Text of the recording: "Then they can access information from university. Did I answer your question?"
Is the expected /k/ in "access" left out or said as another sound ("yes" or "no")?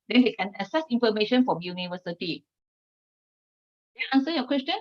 yes